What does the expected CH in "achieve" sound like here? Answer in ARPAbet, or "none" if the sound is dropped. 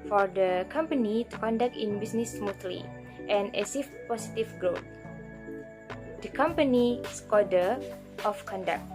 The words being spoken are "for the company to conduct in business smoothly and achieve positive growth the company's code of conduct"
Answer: S